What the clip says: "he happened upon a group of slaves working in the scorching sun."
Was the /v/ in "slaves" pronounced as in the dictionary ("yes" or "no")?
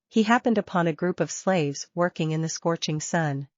yes